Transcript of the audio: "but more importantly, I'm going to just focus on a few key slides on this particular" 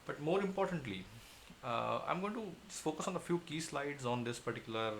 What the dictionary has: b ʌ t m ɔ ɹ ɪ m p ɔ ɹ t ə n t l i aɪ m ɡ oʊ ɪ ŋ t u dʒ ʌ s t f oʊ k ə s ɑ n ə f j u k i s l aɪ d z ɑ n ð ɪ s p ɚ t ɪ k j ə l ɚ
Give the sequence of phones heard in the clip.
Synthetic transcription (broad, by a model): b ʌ t m ɔ ɹ ɪ m p ɔ ɹ t ə n t l i aɪ m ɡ oʊ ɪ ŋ t u f oʊ k ə s ɑ n ə f j u k i s l aɪ d z ɑ n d ɪ s p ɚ t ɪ k j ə l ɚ